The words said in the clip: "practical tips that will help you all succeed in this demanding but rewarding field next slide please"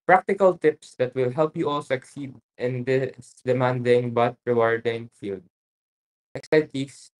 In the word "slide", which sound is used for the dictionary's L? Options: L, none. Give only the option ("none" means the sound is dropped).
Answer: none